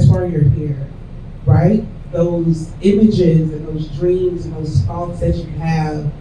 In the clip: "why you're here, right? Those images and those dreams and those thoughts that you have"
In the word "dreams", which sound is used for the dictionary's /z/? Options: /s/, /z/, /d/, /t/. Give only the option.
/z/